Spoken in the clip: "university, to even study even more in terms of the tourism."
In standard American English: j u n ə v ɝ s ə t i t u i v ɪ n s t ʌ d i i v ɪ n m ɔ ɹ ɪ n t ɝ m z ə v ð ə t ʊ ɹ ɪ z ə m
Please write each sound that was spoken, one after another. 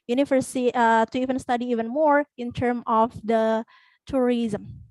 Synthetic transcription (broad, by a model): j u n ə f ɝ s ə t t u i v ɪ n s t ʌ d i i v ɪ n m ɔ ɹ ɪ n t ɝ m ə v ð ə t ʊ ɹ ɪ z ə m